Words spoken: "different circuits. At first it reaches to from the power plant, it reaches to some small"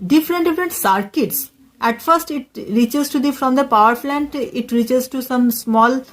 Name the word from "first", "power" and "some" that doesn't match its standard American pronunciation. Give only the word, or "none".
none